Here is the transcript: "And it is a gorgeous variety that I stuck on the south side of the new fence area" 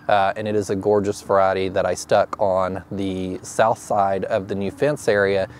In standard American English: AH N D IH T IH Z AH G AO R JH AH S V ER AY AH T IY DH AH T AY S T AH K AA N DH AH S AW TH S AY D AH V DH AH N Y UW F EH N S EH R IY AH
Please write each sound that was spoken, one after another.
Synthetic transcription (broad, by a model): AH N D IH T IH Z AH G AO R JH AH S V ER AY AH T IY DH AH T AY S T AH K N DH AH S AW TH S AY D AH V DH AH N Y UW F EH N S EH R IY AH